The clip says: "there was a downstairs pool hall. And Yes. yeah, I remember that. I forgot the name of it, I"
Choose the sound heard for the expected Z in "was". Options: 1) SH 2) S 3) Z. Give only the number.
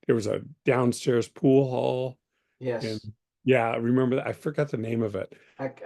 3